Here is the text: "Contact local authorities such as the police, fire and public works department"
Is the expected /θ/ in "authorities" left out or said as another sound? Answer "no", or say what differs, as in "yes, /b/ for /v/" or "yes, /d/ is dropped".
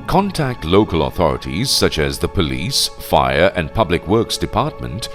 no